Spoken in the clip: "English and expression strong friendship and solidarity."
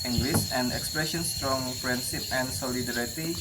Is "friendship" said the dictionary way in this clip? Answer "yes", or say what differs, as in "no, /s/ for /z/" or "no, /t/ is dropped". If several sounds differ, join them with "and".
no, /p/ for /f/ and /s/ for /ʃ/